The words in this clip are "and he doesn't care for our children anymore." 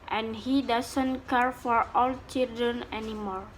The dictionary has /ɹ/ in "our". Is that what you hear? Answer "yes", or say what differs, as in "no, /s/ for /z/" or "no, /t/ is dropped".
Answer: no, /l/ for /ɹ/